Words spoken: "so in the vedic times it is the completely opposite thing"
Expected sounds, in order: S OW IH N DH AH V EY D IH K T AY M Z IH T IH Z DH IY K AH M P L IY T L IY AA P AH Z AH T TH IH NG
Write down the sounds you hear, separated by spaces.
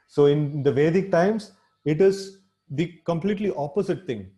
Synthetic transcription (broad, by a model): S OW IH N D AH V EY D IH K T AY M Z IH T IH Z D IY K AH M P L IY T L IY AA P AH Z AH T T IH NG